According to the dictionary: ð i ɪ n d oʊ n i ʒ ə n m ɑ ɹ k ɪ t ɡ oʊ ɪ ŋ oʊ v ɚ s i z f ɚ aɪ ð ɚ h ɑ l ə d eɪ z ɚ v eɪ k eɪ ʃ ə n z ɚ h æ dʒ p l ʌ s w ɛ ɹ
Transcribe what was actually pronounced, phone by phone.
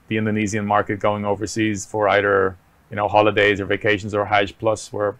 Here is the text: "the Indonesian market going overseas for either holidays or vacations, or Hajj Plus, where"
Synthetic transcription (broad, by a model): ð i ɪ n d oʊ n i z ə n m ɑ ɹ k ɪ t ɡ oʊ ɪ ŋ oʊ v ɚ s i z f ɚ aɪ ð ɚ h ɑ l ə d eɪ z ɚ v eɪ k eɪ ʃ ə n z ɚ h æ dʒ p l ʌ s w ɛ ɹ